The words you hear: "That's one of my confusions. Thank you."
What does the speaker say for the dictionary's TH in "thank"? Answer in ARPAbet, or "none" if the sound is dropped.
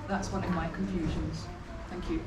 TH